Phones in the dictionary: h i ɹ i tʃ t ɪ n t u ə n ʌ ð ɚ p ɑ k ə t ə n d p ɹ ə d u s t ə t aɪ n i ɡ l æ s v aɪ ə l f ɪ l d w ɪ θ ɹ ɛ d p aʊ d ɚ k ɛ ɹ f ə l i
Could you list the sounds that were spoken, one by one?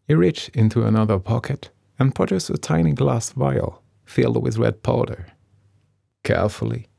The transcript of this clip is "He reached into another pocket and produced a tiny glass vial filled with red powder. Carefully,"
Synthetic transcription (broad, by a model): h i ɹ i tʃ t ɪ n t u ə n ʌ ð ɚ p ɑ k ə t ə n p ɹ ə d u s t ə t aɪ n i ɡ l æ s v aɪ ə l f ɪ l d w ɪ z ɹ ɛ d p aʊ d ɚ k ɛ ɹ f l i